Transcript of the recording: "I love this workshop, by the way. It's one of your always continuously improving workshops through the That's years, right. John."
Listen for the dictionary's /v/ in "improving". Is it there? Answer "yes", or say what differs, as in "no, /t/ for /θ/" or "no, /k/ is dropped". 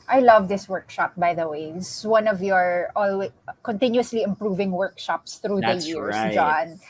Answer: yes